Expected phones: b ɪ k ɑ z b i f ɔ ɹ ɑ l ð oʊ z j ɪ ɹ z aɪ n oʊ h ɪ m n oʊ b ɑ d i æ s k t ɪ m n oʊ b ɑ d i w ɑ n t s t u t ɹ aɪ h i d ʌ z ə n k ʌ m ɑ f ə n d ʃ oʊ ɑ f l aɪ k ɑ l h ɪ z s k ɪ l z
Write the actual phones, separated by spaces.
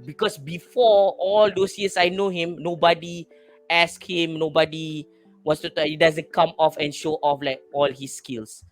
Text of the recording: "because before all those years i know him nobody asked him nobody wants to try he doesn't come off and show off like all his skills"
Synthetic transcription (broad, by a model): b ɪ k ɑ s b i f ɔ ɑ l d oʊ s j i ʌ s aɪ n oʊ h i m n oʊ b ɑ d i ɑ s k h ɪ m n oʊ b ɑ d i w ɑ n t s t u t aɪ h i d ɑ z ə n k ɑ m ɑ f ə n ʃ oʊ ɑ f l aɪ k ɑ l h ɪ s k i l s